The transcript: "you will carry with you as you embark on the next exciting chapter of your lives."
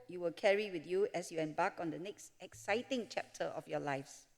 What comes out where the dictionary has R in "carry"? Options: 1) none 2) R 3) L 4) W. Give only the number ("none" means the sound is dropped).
2